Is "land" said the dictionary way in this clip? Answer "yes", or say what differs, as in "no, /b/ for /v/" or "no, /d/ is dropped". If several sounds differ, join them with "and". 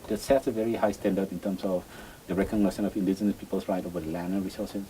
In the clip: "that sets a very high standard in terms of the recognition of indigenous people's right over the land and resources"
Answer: no, /d/ is dropped